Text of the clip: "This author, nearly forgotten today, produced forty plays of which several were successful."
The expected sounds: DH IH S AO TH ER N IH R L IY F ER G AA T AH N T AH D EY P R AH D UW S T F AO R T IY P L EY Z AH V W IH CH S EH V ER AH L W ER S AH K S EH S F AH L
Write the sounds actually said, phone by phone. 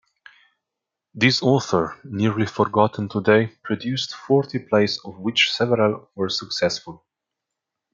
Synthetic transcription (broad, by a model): DH IH S AO TH ER N IH R L IY F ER G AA T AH N T AH D EY P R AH D UW S T F AO R T IY P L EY S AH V W IH CH S EH V ER AH L W ER S AH K S EH S F AH L